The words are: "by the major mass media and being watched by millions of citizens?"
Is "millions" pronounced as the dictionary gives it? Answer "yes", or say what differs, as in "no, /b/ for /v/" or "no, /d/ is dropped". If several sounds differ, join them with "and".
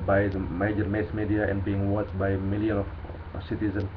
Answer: no, /z/ is dropped